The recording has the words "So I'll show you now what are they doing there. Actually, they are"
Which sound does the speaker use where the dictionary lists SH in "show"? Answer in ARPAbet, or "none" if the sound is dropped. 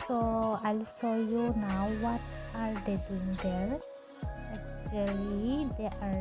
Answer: S